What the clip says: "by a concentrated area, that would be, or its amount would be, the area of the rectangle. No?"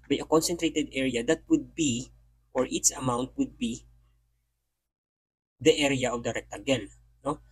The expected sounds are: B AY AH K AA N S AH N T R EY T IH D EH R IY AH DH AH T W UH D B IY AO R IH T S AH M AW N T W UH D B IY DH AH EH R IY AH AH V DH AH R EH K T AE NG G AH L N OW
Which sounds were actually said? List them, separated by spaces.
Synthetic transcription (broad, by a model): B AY AH K AA N S AH N T R EY T IH D EH R IY AH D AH T W UH D B IY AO R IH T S AH M AW N T W UH D B IY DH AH EH R IY AH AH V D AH R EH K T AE G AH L N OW